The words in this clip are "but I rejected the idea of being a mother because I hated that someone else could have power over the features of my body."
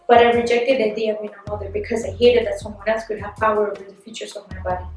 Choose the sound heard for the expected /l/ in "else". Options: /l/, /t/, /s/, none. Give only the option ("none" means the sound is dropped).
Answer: none